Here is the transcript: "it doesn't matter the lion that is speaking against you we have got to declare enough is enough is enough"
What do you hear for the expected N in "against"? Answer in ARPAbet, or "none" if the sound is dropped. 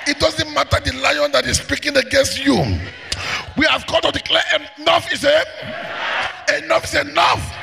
N